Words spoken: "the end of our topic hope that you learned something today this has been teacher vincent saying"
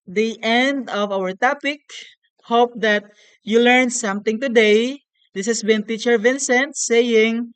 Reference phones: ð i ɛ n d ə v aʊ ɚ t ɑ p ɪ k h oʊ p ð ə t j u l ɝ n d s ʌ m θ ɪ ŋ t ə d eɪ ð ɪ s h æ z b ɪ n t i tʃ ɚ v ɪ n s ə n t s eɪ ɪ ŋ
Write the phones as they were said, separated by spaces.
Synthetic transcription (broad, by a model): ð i ɛ n d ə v aʊ ɚ t ɑ p ɪ k h oʊ p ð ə t j u l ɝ n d s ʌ m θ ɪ ŋ t ə d eɪ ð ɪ s h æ s b ɪ n t i tʃ ɚ v ɪ n s ə n t s eɪ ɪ ŋ